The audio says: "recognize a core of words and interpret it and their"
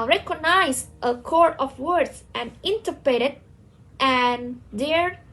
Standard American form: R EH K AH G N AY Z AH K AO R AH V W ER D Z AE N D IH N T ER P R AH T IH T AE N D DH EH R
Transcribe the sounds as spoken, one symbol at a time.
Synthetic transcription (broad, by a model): R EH K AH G N AY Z AH K AO R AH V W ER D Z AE N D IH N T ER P AH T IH T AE N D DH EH R